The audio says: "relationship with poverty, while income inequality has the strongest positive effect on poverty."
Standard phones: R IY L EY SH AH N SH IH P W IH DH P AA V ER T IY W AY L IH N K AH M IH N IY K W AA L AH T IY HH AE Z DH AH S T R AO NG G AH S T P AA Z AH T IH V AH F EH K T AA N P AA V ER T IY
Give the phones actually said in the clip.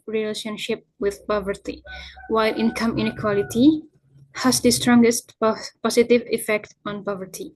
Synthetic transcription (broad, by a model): R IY L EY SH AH N SH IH P W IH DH P AA V ER T IY W AY L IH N K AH M IH N IY K W AA L AH T IY HH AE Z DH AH S T R AO NG G AH S T P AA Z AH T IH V AH F EH K T AA N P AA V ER T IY